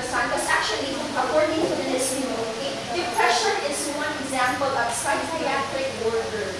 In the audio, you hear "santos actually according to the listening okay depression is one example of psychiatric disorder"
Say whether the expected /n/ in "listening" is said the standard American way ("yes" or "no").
no